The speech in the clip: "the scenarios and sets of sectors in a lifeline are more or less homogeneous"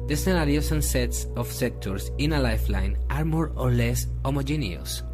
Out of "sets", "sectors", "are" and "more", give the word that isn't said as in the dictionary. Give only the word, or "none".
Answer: sectors